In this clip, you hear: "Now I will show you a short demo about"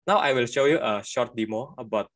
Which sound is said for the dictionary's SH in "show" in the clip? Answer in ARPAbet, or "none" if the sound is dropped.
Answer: SH